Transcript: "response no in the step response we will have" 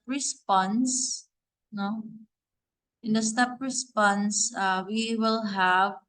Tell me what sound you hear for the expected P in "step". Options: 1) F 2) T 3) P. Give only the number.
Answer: 3